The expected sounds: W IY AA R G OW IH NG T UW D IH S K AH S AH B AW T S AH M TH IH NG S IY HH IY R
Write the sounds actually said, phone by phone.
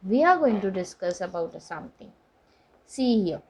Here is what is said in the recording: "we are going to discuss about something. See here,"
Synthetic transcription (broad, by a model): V IY AA R G OW IH NG T UW D IH S K AH S AH B AW T S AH M T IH NG S IY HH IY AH